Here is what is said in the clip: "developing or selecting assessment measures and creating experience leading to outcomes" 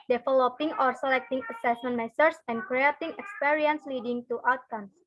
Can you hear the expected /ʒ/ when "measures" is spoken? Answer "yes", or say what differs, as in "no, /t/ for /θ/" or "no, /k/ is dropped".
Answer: no, /s/ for /ʒ/